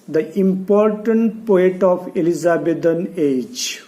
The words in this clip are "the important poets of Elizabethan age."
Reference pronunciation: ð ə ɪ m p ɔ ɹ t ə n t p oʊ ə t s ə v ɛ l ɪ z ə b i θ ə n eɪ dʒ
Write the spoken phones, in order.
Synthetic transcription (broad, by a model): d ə ɪ m p ɔ ɹ t ə n t p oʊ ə t ə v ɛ l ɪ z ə b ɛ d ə n eɪ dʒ